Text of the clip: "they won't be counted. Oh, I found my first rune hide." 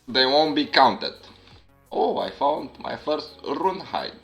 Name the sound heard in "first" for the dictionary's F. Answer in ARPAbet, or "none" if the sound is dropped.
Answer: F